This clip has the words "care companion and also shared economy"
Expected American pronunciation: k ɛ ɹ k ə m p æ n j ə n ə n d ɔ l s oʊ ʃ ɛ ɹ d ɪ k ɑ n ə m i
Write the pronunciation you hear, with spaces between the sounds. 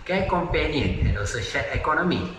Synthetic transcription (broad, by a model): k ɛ k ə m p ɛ n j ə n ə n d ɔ s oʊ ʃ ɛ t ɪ k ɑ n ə m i